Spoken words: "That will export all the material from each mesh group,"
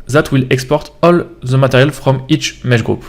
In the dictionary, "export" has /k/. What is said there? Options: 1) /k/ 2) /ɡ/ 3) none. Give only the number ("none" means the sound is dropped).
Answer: 1